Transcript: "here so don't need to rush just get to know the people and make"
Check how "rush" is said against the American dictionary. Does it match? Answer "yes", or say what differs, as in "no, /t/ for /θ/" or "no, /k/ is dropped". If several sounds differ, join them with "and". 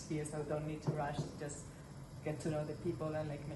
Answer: yes